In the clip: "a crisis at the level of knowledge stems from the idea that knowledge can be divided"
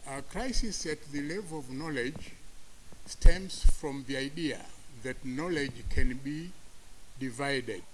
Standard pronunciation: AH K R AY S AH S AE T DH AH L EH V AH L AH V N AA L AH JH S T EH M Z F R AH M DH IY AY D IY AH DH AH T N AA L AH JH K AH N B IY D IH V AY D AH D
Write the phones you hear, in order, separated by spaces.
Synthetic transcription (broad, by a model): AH K R AY S AH S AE T DH AH L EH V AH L AH V N AA L AH JH S T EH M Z F R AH M DH IY AY D IY AH DH AH T N AA L AH JH K AH N B IY D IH V AY D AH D